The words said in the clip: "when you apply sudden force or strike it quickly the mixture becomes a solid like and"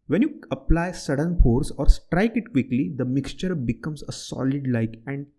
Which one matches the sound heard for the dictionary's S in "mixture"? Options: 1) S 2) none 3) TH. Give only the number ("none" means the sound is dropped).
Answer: 1